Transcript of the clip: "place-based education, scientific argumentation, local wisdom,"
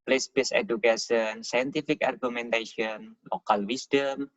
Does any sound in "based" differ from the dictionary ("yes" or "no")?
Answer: yes